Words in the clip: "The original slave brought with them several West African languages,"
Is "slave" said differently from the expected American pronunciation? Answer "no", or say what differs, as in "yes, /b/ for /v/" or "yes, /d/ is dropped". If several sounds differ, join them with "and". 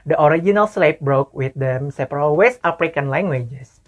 yes, /p/ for /v/